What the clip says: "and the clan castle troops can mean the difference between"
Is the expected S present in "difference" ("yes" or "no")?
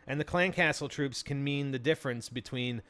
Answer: yes